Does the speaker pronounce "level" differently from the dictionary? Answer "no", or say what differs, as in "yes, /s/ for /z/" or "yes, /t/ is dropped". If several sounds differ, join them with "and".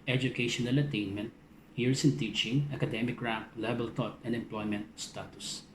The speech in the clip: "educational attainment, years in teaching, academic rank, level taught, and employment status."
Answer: yes, /b/ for /v/